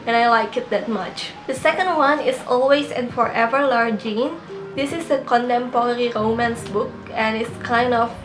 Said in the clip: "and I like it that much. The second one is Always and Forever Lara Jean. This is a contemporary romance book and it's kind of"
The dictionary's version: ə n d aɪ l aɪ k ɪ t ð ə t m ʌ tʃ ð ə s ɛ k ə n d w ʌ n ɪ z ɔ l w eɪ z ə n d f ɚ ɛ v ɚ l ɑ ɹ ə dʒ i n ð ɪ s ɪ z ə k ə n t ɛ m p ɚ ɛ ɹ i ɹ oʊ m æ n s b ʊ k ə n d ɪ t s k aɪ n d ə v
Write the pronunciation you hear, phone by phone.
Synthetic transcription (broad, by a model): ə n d aɪ l aɪ k ɪ t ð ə t m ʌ tʃ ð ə s ɛ k ə n d w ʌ n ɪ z ɔ l w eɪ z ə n f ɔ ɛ v ɚ l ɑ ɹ dʒ i n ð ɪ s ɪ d ə k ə n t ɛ m p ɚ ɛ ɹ i ɹ oʊ m æ n s b ʊ k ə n ɪ t s k aɪ n d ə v